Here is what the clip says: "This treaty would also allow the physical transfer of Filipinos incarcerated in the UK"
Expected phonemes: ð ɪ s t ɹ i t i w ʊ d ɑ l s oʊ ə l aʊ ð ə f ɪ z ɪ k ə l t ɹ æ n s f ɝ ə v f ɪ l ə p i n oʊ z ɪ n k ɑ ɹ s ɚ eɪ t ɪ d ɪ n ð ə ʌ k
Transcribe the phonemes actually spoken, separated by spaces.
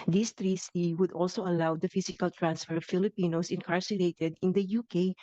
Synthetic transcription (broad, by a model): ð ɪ s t ɹ i s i w ʊ d ɑ l s oʊ ə l aʊ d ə f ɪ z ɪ k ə l t ɹ æ n s f ɝ ə v f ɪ l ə p i n oʊ s ɪ n k ɑ ɹ s ɚ eɪ t ɪ d ɪ n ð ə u k